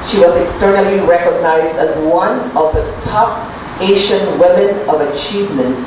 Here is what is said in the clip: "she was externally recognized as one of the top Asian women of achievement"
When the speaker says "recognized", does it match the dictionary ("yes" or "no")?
yes